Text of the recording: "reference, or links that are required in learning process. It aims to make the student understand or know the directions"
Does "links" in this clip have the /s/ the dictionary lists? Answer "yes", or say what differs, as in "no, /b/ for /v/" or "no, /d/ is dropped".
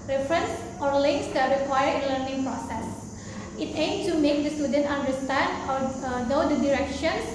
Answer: yes